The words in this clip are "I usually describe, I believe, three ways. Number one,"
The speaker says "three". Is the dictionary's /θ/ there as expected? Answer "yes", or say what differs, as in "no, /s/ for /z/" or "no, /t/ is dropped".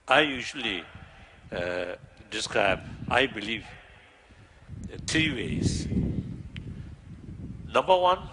no, /t/ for /θ/